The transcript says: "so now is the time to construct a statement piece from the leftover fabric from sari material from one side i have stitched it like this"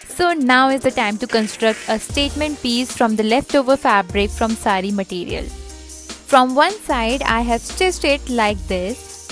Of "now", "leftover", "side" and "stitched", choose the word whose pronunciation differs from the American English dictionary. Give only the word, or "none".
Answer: stitched